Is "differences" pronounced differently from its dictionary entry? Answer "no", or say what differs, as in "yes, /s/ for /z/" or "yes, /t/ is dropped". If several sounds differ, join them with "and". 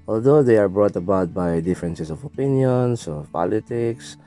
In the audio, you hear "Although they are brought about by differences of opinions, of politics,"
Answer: yes, /s/ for /z/